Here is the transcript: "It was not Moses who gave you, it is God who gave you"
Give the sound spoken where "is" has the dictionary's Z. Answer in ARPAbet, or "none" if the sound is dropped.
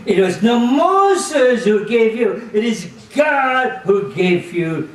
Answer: Z